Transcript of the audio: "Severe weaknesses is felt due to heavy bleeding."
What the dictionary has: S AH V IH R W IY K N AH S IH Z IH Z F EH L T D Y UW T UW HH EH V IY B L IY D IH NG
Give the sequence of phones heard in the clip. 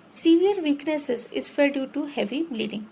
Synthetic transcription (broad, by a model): S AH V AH R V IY K N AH S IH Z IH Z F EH T D Y UW T UW HH EH V IY B L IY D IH NG